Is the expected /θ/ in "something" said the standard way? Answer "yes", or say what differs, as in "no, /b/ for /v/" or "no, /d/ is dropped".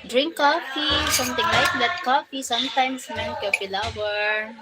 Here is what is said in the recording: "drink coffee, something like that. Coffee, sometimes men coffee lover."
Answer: no, /t/ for /θ/